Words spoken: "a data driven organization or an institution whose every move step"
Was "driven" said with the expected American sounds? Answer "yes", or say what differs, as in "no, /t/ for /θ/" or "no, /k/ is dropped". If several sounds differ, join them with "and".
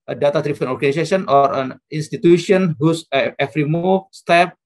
no, /p/ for /v/